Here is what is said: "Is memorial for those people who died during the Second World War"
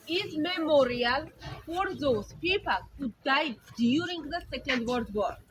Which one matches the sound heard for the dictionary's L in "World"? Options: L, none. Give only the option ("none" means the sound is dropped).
none